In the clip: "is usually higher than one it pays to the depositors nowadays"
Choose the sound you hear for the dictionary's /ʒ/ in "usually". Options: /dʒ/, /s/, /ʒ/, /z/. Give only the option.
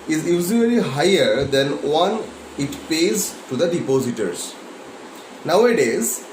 /z/